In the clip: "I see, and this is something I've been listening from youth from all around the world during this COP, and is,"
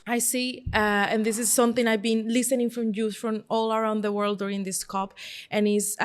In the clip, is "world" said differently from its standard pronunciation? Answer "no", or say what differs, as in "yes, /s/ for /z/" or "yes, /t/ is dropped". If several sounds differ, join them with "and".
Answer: no